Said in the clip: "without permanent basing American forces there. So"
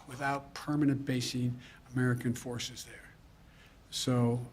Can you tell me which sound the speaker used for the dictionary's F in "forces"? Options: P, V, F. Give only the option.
F